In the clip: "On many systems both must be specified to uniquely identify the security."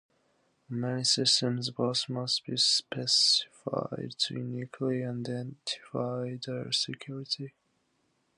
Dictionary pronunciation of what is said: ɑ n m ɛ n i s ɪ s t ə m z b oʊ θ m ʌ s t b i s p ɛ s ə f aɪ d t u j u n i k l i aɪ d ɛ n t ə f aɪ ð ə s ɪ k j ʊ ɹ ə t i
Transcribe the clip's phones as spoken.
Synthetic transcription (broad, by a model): m ɛ n i s ɪ s t ə m z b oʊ s m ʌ s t b i s p ɛ s ə f aɪ d t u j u n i k l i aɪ d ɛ n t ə f aɪ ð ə s ɪ k j ʊ ɹ ə t i